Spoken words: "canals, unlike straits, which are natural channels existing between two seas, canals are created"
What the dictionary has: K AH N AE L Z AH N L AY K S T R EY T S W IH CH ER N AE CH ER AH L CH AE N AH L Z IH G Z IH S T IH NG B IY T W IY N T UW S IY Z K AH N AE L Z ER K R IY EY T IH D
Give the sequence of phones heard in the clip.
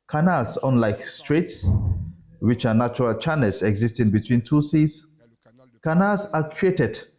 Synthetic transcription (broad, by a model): K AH N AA L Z AH N L AY K S T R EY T S W IH CH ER N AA CH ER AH L CH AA N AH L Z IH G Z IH S T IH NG B IY T W IY N T UW S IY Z K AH N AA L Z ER K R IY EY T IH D